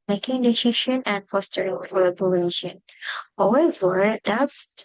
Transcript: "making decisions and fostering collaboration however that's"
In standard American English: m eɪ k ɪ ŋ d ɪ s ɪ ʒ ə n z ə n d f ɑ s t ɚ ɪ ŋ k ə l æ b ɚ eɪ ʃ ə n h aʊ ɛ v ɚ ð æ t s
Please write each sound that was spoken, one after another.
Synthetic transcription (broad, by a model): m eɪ k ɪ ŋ d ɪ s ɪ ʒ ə n ə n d f ɑ s t ɚ ɪ ŋ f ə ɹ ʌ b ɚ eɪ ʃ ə n h aʊ ɛ v ɚ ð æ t s